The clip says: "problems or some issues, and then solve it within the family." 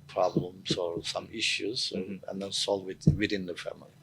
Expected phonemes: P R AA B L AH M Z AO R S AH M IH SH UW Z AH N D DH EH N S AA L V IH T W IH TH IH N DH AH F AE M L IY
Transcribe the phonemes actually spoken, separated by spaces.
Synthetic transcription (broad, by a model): P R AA B L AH M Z AO R S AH M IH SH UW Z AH N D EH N S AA L W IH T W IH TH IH N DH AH F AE M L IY